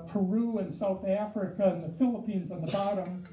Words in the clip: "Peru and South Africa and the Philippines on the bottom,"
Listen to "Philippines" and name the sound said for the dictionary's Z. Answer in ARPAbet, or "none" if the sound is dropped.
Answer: Z